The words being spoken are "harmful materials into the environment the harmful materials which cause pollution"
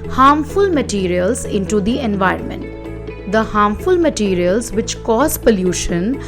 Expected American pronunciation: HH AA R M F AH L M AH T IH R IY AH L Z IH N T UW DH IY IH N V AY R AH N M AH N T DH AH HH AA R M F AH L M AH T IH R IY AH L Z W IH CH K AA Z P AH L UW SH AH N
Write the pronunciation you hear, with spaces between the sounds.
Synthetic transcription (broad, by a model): HH AA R M F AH L M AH T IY R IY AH L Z IH N T UW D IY IH N V AY R AH N M AH N T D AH HH AA R M F AH L M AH T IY R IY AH L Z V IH CH K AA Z P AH L UW SH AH N